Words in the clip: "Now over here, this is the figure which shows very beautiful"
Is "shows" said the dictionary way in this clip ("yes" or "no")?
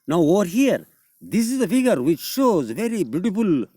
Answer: yes